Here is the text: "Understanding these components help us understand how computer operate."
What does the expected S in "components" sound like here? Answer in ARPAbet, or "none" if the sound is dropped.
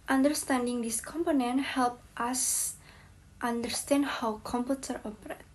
none